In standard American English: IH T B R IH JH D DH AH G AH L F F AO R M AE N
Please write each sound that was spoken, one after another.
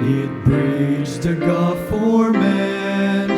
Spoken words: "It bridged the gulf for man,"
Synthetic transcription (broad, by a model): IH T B R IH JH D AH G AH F F AO R M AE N